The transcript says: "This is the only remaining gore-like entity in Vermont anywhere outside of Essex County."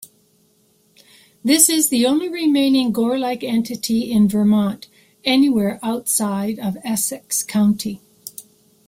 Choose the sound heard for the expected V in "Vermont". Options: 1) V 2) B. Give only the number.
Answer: 1